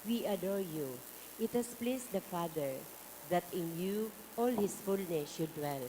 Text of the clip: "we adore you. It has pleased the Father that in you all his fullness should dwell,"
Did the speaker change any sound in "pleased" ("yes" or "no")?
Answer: yes